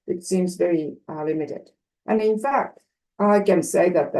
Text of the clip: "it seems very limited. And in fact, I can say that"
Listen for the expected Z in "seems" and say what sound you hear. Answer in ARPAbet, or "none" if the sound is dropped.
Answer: Z